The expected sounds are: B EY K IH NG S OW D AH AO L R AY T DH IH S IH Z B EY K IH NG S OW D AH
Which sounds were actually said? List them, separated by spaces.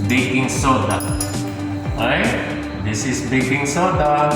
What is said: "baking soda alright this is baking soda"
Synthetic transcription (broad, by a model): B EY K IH NG S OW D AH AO R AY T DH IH S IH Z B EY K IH NG S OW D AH